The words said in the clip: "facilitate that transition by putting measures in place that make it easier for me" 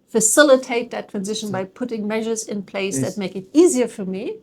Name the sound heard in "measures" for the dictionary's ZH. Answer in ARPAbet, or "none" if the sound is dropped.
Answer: ZH